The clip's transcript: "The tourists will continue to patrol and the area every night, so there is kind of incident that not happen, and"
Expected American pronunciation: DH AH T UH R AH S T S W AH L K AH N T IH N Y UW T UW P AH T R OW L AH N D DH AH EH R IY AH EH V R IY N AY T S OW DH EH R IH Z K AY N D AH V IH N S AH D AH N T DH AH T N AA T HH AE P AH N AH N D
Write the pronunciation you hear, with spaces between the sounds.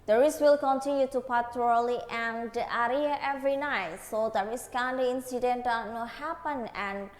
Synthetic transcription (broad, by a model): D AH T R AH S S W AH L K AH N T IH N Y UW T UW P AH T L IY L AH N D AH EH R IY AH EH V R IY N AY T S OW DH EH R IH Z K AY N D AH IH N S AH D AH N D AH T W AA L HH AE P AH N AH N